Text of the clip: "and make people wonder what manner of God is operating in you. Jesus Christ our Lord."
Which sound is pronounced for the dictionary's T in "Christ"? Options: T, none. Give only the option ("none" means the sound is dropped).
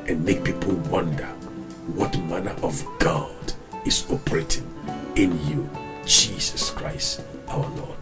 T